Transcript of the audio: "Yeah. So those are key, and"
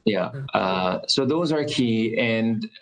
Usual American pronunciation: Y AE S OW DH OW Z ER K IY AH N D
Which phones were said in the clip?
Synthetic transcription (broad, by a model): Y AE S OW DH OW Z ER K IY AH N